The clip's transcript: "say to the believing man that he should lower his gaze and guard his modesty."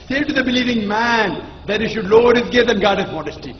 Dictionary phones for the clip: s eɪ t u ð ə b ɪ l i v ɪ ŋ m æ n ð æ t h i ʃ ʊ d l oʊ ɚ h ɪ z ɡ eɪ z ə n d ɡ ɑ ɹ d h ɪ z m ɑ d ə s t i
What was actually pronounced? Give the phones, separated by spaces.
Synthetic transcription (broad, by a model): s eɪ t u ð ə b ɪ l i v ɪ ŋ m æ n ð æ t h i ʃ ʊ d l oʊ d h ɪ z ɡ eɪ ə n ɡ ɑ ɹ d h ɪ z m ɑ d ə s t i